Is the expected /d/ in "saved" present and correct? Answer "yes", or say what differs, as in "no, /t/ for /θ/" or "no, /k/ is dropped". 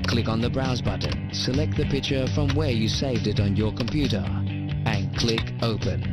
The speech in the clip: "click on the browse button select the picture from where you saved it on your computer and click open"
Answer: yes